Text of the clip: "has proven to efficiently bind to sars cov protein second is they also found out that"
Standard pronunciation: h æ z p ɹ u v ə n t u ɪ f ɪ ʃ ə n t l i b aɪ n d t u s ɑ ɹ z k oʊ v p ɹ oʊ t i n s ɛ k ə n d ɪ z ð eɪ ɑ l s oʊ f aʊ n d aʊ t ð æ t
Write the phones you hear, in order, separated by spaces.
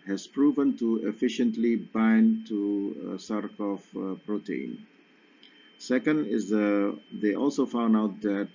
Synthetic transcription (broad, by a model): h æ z p ɹ u v ə n t u ɪ f ɪ ʃ ə n t l i b aɪ n t u s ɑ ɹ k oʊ f p ɹ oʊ t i n s ɛ k ə n d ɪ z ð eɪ ɑ l s oʊ f aʊ n d aʊ t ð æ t